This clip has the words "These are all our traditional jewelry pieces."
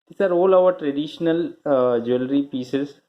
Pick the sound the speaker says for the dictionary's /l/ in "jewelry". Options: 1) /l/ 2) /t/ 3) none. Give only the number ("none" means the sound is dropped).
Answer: 1